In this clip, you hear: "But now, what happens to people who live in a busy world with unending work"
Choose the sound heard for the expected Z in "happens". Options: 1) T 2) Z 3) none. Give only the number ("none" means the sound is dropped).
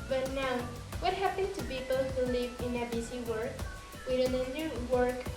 3